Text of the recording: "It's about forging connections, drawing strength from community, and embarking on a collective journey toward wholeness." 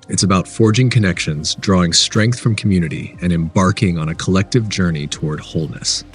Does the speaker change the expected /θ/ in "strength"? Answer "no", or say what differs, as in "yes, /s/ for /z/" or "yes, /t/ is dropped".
no